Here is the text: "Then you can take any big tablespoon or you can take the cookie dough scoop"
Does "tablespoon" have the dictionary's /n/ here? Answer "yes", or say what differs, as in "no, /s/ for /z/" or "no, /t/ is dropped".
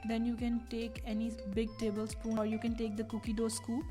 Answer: no, /n/ is dropped